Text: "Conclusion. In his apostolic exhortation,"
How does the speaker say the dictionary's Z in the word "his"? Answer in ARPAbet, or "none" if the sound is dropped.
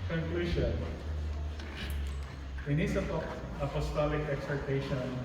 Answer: S